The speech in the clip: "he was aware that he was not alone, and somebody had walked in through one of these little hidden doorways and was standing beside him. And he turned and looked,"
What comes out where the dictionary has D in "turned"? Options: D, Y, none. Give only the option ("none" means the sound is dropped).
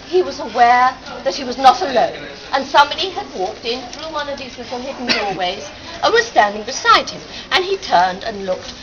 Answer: D